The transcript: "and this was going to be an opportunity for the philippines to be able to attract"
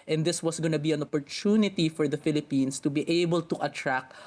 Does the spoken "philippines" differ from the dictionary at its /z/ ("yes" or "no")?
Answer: yes